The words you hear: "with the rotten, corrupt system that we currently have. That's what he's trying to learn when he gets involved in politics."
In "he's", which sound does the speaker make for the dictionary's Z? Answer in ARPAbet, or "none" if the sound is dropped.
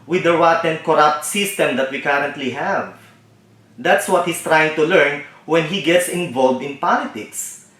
S